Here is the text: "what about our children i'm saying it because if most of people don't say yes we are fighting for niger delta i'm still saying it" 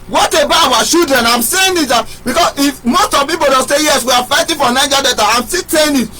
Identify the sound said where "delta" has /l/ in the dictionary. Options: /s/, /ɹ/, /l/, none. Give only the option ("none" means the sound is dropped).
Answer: none